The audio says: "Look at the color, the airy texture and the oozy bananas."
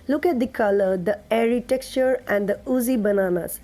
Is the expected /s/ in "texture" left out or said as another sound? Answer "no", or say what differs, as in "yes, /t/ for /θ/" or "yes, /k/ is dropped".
yes, /s/ is dropped